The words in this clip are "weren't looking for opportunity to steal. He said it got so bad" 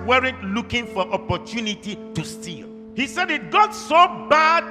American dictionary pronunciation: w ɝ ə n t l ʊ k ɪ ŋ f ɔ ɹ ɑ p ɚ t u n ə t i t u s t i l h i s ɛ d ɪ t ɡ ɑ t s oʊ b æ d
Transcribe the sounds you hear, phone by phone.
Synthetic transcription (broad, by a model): w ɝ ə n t l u k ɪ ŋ f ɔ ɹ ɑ p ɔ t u n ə t i t u s t i l h i s ɛ d ɪ t ɡ ɑ t s oʊ b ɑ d